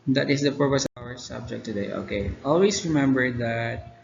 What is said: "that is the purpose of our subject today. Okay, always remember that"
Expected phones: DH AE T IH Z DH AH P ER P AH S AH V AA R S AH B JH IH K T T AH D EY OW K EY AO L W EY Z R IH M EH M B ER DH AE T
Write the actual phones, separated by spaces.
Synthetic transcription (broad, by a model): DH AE T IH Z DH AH P ER P AH S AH W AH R S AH B JH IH K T T AH D EY OW K EY AO L W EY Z R IH M EH M B ER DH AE T